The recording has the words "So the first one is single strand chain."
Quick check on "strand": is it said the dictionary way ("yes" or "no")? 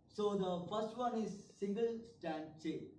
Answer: no